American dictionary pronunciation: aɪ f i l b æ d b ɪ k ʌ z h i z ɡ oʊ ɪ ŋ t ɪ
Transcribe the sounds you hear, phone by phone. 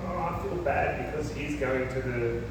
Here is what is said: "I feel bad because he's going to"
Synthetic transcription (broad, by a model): aɪ f i l b æ d b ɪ k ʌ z h i z ɡ oʊ ɪ ŋ t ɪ